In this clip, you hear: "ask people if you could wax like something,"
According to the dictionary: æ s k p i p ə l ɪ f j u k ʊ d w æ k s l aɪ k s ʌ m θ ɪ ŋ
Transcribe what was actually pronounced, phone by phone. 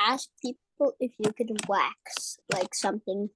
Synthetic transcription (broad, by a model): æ s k p i p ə l ɪ f j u k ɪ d w æ k s l aɪ k s ʌ m θ ɪ ŋ